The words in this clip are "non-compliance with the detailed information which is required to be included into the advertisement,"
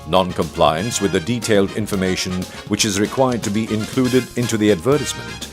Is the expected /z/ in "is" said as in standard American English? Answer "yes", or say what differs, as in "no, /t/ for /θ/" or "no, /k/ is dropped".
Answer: yes